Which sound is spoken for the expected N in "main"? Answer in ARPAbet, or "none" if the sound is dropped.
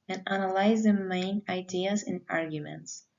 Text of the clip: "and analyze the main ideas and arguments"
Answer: N